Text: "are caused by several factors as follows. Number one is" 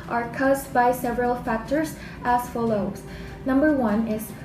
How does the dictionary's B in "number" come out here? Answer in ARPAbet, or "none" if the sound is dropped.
B